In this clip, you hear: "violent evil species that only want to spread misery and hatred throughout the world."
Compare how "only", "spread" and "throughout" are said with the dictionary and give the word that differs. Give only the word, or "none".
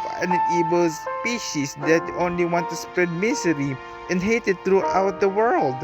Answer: throughout